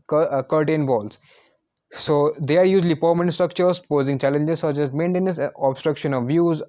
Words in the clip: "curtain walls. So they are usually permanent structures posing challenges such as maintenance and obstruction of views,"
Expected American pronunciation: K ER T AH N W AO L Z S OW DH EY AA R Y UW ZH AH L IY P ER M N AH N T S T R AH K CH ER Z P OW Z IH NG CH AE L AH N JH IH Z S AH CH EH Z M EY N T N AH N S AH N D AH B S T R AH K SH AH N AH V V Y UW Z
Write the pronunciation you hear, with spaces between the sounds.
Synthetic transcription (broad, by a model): K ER T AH N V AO L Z S OW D EY AA R Y UW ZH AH L IY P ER M AH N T S T R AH K CH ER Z P OW Z IH NG CH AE L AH N JH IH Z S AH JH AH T M EY N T AH N AH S AH B S T R AH K SH AH N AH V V Y UW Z